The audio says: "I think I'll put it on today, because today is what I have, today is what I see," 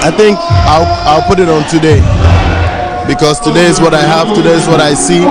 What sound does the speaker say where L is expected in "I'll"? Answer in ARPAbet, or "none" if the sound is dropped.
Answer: L